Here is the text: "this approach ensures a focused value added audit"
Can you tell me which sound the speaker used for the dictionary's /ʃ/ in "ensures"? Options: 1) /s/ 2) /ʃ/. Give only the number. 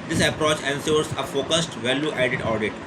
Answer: 1